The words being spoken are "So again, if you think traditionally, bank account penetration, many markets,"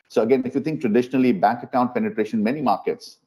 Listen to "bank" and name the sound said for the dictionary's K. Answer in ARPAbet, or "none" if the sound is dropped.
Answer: K